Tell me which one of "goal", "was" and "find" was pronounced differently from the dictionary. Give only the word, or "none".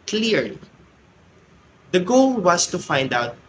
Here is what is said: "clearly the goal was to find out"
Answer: was